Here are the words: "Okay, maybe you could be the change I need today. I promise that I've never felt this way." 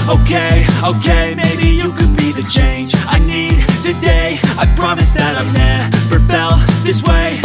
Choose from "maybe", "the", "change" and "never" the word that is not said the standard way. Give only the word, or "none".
never